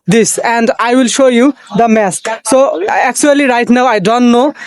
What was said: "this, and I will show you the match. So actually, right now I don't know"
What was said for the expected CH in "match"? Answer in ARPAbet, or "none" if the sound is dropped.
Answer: S